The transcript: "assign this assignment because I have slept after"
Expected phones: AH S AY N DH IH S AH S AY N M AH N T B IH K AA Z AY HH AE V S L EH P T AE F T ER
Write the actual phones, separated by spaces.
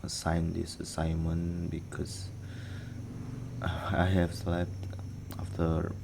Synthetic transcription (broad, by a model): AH S AY N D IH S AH S AY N M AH N B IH K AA S AY HH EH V S L EH P T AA F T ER